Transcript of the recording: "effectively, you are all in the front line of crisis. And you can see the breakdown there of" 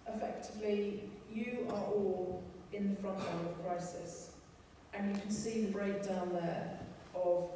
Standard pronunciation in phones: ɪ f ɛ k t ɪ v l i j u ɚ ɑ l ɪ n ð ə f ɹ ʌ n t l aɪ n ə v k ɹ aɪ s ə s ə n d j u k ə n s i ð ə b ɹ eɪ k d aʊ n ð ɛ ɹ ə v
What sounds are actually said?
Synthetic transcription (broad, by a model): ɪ f ɛ k t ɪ v l i j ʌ ɚ ɑ l ɪ n ð ə f ɹ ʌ n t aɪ l ə v k ɹ aɪ s ə s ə n j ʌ k ə n s i ð ə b ɹ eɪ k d aʊ n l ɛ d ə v